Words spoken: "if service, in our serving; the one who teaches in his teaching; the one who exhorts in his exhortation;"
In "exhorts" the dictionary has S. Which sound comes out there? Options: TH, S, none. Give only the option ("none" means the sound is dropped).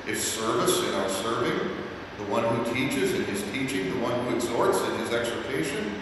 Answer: S